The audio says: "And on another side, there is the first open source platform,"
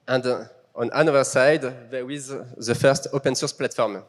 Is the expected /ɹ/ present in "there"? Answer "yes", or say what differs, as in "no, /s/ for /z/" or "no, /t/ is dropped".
no, /w/ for /ɹ/